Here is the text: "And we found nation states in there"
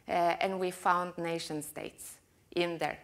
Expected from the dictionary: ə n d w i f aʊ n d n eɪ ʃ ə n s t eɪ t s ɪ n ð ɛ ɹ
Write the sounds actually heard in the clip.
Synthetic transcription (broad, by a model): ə n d w i f aʊ n d n eɪ ʃ ə n s t eɪ t s ɪ n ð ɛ ɹ